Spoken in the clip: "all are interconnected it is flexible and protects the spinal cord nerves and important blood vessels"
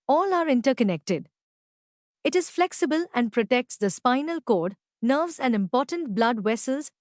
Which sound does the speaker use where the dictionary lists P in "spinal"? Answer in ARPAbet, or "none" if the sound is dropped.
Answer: P